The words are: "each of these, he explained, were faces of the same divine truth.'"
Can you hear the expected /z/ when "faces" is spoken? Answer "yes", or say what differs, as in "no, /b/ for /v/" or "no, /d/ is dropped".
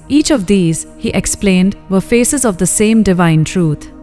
yes